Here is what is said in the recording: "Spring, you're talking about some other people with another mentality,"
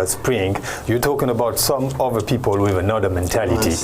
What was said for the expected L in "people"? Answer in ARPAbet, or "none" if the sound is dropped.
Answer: L